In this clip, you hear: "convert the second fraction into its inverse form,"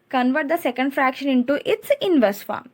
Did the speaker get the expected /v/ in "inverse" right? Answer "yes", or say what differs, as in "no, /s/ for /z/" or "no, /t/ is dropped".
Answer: yes